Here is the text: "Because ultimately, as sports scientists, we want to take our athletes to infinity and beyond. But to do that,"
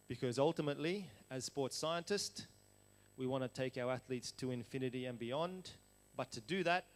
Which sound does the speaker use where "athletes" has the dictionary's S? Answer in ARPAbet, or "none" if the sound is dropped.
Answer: S